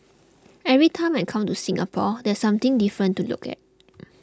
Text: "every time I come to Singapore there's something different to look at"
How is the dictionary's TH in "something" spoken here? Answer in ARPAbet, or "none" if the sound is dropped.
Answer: T